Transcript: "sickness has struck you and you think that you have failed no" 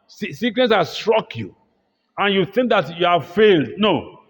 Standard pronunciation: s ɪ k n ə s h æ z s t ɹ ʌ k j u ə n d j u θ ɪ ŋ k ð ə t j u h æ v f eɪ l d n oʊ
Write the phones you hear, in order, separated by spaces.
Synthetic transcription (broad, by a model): s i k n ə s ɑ s t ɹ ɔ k j u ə n j u θ ɪ ŋ k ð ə t j u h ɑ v f eɪ l d n oʊ